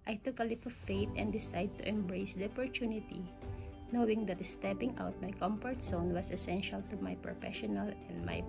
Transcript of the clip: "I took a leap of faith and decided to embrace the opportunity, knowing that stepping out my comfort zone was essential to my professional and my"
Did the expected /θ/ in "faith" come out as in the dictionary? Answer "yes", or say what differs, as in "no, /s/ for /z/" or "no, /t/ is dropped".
no, /t/ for /θ/